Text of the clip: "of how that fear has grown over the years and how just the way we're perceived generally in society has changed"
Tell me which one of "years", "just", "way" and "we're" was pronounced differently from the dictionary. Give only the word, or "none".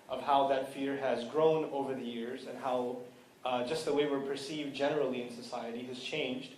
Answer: none